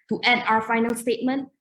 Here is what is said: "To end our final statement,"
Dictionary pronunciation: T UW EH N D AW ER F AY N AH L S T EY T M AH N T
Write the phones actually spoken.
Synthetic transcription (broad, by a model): T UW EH D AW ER F AY N AH L S T EY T M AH N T